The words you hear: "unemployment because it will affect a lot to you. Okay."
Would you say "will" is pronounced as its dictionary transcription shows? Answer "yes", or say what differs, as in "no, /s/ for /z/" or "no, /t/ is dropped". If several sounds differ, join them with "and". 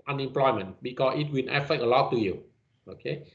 no, /n/ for /l/